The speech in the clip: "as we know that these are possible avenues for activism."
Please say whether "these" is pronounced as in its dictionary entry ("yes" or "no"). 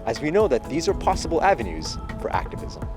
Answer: yes